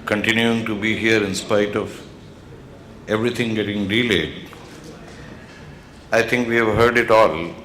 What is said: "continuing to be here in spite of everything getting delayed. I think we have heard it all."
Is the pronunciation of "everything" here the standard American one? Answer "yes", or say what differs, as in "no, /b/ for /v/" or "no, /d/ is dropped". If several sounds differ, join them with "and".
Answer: no, /t/ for /θ/